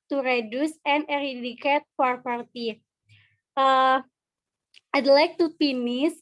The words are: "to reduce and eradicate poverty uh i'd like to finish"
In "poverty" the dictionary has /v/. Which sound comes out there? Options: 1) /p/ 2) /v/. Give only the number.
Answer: 1